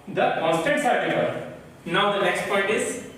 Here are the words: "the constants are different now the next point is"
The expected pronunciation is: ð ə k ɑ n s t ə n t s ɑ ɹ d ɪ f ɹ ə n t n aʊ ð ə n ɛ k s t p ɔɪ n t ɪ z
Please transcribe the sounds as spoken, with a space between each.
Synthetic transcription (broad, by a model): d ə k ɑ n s t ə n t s ɑ ɹ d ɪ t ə t n aʊ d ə n ɛ k s t p ɔɪ n t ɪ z